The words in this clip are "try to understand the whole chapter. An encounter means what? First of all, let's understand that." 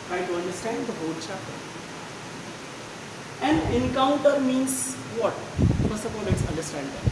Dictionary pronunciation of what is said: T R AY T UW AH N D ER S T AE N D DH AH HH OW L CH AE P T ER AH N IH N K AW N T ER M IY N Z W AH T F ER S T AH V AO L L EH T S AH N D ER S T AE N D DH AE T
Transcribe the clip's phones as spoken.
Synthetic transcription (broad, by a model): T R AY T UW AH N D ER S T AE N D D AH HH OW L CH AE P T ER AH N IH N K AW N T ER M IY N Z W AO T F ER S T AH P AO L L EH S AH N D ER S T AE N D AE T